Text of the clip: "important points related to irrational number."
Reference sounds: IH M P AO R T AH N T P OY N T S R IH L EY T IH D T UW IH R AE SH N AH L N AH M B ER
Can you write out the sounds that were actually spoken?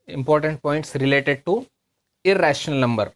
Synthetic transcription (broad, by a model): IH M P AO R T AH N T P OY N T S R IH L EY T IH D T UW IH R AE SH N AH L N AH M B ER